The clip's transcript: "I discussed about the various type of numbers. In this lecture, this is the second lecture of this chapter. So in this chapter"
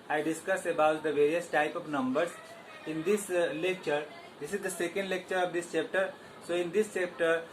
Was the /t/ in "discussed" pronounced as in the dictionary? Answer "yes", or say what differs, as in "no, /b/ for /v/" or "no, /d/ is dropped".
no, /t/ is dropped